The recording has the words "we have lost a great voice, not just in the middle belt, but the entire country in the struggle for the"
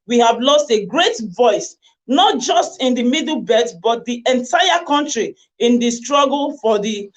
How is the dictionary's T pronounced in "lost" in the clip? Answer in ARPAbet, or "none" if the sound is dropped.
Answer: T